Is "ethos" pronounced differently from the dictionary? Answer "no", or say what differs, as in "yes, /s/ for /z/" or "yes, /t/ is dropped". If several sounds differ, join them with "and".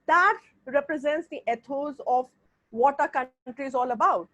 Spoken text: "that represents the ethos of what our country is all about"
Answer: yes, /t/ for /θ/